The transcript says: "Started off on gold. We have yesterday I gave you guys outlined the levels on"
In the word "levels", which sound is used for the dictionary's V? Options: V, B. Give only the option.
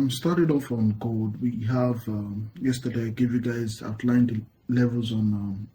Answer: V